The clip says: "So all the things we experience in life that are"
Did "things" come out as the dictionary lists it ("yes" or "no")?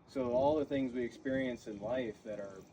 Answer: yes